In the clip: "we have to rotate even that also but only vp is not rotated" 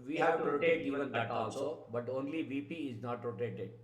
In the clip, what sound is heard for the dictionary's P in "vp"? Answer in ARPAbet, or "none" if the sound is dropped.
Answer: P